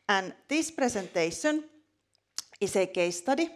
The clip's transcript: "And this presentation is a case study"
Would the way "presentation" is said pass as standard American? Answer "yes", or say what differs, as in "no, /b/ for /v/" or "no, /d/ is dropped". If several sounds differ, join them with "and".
no, /s/ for /z/